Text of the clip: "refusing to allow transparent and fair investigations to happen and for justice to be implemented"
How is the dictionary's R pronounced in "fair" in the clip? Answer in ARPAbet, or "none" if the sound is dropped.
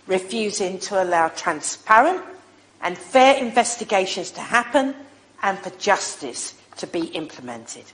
R